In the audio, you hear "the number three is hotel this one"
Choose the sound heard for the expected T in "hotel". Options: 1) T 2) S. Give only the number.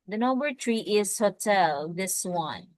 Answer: 1